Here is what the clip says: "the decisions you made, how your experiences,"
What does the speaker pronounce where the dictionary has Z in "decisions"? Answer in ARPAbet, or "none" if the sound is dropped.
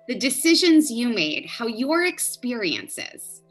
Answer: Z